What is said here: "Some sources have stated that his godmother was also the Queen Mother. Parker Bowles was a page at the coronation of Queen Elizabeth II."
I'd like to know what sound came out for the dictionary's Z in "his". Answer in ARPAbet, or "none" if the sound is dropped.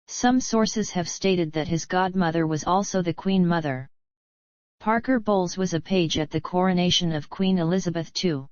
Z